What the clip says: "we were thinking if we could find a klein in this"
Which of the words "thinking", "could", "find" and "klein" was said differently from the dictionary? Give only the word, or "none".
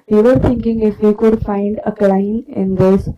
thinking